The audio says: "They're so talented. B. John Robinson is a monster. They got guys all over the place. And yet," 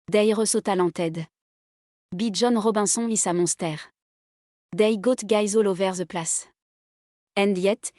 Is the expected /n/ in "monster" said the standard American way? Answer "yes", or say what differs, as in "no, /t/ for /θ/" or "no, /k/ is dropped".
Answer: no, /n/ is dropped